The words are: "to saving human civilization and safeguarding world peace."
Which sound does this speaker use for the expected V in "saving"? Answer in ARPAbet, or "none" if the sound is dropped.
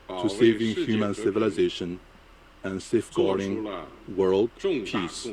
V